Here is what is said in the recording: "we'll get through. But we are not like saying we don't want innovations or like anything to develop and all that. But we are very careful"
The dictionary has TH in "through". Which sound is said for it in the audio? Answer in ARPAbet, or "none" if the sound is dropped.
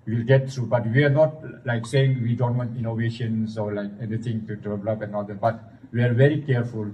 T